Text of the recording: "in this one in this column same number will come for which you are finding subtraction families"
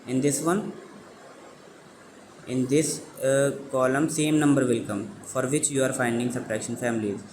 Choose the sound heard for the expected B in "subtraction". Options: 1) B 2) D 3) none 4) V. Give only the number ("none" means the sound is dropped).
3